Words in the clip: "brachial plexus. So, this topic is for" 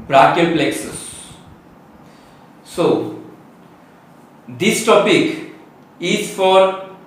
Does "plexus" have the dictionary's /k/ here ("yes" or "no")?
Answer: yes